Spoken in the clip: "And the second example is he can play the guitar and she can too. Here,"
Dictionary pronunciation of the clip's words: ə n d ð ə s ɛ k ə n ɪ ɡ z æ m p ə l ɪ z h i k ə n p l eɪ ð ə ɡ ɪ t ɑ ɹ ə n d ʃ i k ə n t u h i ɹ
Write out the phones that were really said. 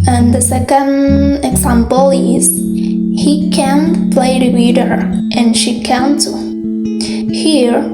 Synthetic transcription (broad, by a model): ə n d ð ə s ɛ k ə n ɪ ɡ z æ m p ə l ɪ z h i k ə n p l eɪ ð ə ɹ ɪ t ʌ ɹ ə n ʃ i k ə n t h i ɹ